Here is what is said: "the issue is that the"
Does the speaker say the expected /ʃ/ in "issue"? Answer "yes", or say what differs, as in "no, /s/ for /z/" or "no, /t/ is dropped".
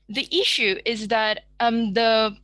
yes